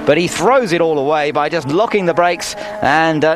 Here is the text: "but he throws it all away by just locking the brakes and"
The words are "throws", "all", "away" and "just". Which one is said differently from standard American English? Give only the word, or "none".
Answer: none